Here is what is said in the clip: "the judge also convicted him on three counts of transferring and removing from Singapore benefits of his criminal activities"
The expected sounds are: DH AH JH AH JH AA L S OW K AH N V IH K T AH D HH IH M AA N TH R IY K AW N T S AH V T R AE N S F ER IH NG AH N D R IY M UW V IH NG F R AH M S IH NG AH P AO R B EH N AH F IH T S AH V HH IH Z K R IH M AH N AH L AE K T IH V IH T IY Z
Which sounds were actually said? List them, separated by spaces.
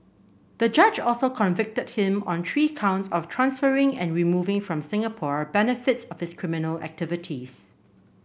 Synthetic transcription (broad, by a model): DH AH JH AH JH AA L S OW K AH N V IH K T AH D HH IH M AA N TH R IY K AW N T S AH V T R AE N S F ER IH NG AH N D R IY M UW V IH NG F R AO M S IH NG AH P AO R B EH N AH F IH T S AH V HH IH S K R IH M AH N AH L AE K T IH V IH T IY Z